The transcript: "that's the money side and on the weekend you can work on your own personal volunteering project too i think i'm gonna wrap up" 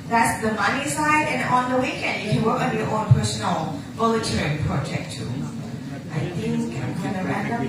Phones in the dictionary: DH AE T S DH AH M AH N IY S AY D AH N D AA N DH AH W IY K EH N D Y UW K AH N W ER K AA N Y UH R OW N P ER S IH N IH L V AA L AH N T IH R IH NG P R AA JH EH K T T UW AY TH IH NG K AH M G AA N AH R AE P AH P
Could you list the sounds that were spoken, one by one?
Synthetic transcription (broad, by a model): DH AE T S DH AH M AH N IY S AY D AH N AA N DH AH W IY K EH N D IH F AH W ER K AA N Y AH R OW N P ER S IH N L B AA L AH T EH R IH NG P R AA JH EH K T T UW AY TH IH NG K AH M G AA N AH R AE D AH